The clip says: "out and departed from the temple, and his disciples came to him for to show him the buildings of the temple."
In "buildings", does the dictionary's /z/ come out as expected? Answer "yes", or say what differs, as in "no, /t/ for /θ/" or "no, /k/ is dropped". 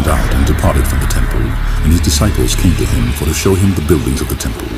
yes